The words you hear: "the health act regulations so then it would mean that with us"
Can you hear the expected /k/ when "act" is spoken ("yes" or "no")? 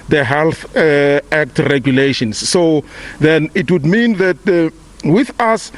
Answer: yes